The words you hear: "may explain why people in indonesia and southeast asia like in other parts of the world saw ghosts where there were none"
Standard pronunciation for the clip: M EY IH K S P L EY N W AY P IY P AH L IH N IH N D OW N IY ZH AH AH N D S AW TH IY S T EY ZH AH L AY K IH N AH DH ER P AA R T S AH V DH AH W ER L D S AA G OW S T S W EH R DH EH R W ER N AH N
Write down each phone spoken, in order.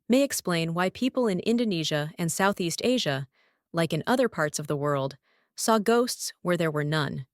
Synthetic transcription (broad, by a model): M EY IH K S P L EY N W AY P IY P L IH N IH N D OW N IY ZH AH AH N S AW TH IY S T EY ZH AH L AY K IH N AH DH ER P AA R T S AH V DH AH W ER L D S AA G OW S T S W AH R DH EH R W ER N AH N